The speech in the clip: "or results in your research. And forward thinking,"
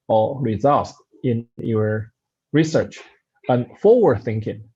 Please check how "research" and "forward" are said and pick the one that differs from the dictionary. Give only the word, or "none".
forward